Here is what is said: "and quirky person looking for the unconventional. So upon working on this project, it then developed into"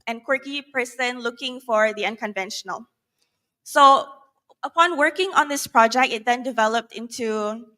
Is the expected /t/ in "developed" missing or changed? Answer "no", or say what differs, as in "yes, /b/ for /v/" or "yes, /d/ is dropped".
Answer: no